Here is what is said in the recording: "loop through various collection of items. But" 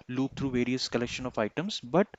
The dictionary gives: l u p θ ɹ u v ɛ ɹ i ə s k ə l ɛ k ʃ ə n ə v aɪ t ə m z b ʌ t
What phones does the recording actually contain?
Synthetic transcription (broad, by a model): l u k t ɹ u v ɛ ɹ i ə s k ə l ɛ k ʃ ə n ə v aɪ t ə m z b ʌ t